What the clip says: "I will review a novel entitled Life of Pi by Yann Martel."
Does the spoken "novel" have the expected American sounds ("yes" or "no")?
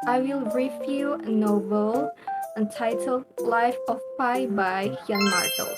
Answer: no